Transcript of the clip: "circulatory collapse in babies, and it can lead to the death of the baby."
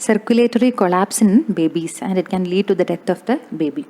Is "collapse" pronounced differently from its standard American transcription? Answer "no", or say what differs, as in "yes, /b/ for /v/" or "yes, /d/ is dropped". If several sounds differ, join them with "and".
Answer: no